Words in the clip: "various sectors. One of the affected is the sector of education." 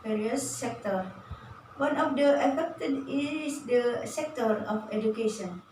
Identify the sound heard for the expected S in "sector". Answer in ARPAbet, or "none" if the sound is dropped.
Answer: S